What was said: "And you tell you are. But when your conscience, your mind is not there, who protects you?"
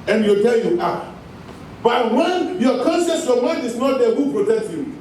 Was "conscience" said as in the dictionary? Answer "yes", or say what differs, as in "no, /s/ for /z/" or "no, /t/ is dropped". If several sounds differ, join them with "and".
no, /s/ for /ʃ/